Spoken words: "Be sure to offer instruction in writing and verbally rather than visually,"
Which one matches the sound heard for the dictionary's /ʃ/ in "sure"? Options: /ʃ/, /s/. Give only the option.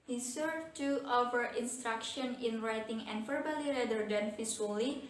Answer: /s/